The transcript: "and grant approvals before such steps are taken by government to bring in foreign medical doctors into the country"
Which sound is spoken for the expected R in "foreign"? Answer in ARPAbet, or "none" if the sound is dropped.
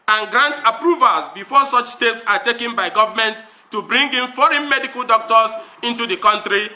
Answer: R